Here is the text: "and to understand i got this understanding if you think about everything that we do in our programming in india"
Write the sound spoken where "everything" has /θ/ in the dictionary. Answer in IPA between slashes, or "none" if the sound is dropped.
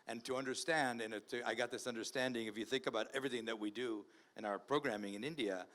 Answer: /θ/